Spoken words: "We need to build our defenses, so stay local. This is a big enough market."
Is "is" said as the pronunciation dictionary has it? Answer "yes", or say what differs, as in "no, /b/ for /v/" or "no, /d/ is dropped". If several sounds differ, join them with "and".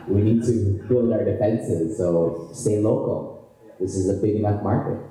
yes